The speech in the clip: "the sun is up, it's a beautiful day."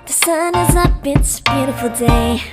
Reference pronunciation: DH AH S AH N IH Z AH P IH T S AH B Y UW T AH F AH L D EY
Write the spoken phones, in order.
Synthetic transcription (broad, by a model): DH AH S AH N IH Z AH B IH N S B Y UW T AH F L D EY